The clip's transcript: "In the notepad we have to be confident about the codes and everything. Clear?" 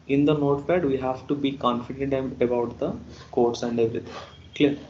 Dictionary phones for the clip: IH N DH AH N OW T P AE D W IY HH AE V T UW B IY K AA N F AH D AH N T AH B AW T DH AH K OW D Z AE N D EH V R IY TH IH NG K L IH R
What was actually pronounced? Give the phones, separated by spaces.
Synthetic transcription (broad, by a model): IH N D AH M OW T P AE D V IY HH AE V T UW B IY K AA N F AH D AH N T AH B AW T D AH K OW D S AE N D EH V R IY T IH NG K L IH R